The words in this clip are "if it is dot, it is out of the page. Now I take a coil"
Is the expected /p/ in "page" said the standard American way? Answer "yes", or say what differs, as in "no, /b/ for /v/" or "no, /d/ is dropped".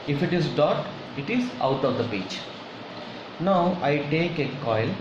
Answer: no, /b/ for /p/